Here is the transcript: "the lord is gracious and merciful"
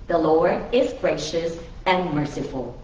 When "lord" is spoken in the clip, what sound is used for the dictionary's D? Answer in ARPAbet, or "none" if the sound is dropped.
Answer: none